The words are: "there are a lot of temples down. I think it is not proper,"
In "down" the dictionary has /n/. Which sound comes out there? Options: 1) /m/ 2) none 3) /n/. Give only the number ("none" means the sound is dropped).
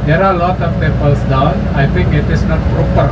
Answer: 2